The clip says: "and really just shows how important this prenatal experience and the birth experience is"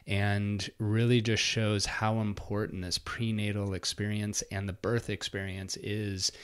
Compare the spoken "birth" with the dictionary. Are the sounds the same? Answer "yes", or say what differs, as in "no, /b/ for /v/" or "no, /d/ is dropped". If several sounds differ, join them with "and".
yes